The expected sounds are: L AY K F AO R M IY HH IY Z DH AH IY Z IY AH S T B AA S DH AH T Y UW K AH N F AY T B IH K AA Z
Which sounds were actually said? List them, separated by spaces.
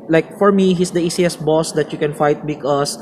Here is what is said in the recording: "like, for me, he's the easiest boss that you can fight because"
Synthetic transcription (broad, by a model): L AY K F AO R M IY HH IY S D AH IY S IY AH S B AA S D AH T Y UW K AH N F AY T B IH K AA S